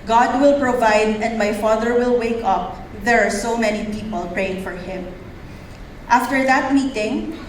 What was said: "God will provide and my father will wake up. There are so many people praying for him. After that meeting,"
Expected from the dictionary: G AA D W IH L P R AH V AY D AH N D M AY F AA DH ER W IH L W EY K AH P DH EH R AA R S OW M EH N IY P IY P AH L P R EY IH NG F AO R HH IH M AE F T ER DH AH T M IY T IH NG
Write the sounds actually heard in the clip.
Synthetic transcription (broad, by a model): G AA D W IH L P R AH V AY D AH N D M AY F AA DH ER W IH L W EY K AH P DH EH R AA R S OW M EH N IY P IY P AH L P R EY IH NG F AO R HH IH M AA F T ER DH AH T M IY T IH NG